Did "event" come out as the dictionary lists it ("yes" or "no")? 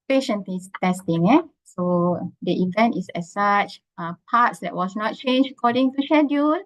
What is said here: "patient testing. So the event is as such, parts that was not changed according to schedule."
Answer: yes